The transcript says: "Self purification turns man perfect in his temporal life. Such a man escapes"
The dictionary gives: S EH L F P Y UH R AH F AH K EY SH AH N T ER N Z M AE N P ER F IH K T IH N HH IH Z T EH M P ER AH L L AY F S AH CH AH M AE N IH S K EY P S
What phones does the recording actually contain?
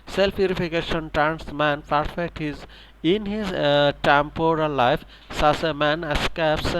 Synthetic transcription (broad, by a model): S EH L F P Y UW R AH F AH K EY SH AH N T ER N S M AE N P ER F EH K T IH N HH IH Z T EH M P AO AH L L AY F S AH S AH M AE N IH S K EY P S